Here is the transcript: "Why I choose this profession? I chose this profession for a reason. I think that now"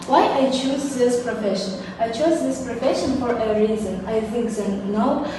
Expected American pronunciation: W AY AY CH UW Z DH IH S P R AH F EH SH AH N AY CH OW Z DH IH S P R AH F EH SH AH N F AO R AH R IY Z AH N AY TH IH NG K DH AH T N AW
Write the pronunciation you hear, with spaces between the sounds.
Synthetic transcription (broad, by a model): W AY AY CH UW Z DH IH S P R AH F EH SH AH N AY CH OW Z DH IH S P R AH F EH SH AH N F AO R AH R IY Z AH N AY F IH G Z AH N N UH